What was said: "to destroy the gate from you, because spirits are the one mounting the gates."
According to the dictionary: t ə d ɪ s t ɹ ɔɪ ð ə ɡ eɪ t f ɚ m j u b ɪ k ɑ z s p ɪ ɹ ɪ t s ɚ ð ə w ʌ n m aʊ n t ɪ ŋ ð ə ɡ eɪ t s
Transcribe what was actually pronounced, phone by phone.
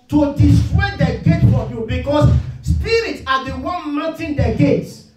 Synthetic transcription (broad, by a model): t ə d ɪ s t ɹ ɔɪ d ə ɡ eɪ t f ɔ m j u b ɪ k ɑ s s p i ɹ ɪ t s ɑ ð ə w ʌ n m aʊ t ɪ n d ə ɡ eɪ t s